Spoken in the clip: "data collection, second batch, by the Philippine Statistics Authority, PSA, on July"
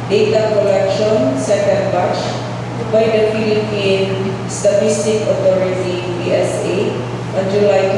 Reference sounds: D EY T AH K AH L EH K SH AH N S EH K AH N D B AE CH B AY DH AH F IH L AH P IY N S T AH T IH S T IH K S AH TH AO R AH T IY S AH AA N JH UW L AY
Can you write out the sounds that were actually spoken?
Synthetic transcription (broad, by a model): D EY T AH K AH L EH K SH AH N S EH K AH N D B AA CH B AY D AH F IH L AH P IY N S T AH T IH S T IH K AH T AO R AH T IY S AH AA N JH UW L AY